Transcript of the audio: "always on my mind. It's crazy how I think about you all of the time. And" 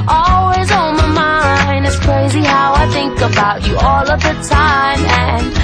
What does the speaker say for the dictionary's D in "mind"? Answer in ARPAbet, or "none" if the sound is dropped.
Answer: none